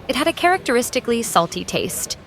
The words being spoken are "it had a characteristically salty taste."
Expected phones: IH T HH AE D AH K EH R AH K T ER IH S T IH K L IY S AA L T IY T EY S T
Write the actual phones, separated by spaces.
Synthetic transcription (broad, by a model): IH T HH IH D AH K EH R AH K T ER IH S T IH K L IY S AA L T IY T EY S T